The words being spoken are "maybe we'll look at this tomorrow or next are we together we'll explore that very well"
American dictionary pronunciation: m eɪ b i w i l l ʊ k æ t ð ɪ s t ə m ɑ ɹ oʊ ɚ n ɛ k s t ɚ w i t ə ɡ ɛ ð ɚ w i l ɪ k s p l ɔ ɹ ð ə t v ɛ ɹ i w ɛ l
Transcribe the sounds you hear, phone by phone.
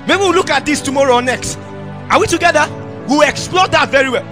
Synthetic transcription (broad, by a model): m eɪ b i w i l l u k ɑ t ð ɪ s t ə m ɑ ɹ oʊ n ɛ k s t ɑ w i t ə ɡ ɛ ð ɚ w i l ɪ k s p l ɔ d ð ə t v ɛ ɹ i w ɛ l